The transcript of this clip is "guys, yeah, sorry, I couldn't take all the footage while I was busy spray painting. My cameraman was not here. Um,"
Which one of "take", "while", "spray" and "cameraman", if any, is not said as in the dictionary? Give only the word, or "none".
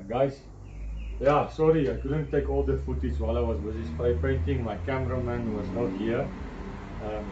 spray